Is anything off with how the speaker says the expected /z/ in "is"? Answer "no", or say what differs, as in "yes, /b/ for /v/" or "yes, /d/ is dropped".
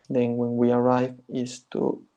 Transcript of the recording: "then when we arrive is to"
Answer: yes, /s/ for /z/